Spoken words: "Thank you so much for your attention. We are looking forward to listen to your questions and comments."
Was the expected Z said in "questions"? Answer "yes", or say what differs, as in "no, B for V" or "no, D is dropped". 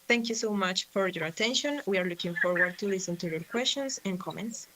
no, S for Z